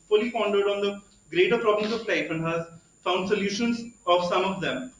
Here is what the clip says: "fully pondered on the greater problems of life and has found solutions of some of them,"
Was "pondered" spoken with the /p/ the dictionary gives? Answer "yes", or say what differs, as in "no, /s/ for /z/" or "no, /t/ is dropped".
no, /f/ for /p/